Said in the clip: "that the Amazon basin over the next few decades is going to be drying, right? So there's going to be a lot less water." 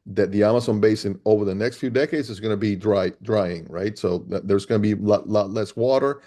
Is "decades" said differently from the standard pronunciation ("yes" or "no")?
no